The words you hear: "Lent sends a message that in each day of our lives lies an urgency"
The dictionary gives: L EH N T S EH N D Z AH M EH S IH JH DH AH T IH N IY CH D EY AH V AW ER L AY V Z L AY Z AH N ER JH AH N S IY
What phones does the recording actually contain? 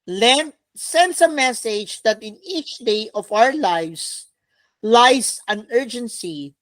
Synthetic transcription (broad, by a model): L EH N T S EH N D S AH M EH S IH JH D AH T IH N IY CH D EY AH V AW ER L AY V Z L AY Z AH N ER JH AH N S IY